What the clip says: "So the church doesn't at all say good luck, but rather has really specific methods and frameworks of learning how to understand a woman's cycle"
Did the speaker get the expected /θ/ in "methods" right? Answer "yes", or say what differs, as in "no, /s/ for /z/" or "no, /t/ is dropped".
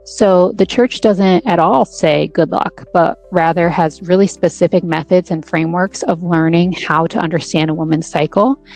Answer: yes